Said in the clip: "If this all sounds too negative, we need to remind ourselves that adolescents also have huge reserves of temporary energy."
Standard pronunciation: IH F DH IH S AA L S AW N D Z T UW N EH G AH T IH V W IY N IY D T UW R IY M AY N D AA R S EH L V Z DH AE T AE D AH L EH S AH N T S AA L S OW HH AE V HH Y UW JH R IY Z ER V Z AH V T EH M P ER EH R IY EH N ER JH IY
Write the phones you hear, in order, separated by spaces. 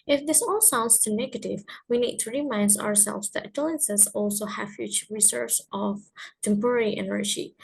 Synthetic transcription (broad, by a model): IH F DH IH S AA L S AW N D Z T UW N EH G AH T IH V W IY N IY D T UW R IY M AY N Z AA R S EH L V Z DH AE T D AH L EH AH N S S AA L S OW HH AE V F Y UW CH R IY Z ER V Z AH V T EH M P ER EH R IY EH N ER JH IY